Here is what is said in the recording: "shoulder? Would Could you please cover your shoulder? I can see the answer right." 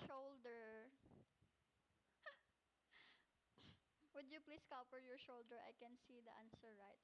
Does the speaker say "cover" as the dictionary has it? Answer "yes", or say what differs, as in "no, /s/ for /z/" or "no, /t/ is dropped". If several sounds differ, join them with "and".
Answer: no, /p/ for /v/